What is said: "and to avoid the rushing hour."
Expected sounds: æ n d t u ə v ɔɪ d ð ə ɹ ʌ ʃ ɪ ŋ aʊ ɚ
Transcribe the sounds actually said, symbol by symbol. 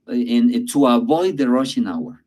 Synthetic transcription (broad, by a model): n t u ə v ɔɪ d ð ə ɹ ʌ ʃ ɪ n aʊ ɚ